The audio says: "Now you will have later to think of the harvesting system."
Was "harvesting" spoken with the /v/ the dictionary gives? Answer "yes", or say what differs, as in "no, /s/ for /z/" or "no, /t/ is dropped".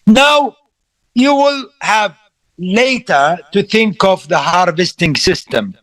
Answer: yes